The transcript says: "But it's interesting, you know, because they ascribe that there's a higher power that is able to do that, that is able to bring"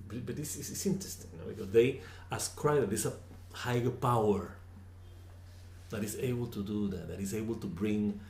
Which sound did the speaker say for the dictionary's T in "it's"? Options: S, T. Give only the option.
S